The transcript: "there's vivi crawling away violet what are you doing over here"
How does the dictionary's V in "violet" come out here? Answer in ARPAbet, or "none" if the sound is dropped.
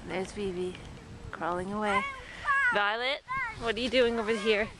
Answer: V